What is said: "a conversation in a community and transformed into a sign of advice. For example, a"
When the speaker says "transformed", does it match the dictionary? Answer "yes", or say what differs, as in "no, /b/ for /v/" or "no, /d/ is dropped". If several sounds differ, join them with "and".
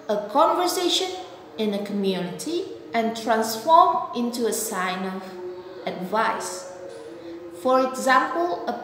no, /d/ is dropped